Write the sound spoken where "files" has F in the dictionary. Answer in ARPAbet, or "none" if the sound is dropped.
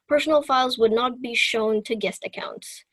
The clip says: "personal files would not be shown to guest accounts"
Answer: F